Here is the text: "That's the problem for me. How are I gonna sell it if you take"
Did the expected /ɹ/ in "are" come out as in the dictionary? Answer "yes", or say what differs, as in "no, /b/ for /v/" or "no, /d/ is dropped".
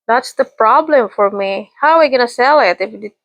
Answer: no, /w/ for /ɹ/